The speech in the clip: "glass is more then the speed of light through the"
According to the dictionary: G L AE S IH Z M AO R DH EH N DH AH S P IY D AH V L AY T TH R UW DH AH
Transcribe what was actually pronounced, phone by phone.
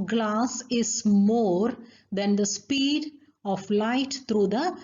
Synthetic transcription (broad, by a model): G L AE S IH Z M AO R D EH N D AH S P IY D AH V L AY T T R UW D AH